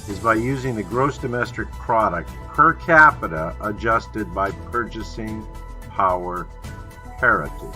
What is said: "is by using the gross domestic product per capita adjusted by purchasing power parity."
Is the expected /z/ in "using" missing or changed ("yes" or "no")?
no